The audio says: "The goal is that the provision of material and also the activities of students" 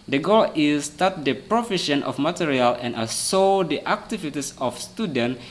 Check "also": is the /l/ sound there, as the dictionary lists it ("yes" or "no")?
no